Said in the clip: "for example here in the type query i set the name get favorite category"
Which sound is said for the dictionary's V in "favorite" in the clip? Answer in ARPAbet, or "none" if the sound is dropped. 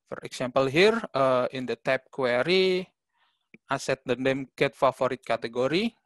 F